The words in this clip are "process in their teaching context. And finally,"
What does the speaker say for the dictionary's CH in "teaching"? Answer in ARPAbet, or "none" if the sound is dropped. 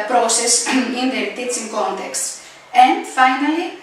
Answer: S